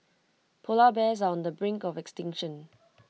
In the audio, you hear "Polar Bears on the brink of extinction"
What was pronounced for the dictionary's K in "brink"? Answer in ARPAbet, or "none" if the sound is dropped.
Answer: K